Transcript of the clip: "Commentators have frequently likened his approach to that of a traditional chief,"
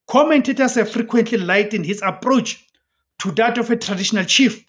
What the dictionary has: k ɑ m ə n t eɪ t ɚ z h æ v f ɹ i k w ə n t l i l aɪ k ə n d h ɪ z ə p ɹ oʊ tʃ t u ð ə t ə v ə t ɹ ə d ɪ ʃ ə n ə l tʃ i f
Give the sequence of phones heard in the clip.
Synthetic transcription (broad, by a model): k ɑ m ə n t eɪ t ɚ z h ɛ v f ɹ i k w ə n t l i l aɪ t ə n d h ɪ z ə p ɹ oʊ tʃ t u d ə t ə f ə t ɹ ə d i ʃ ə n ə l tʃ i f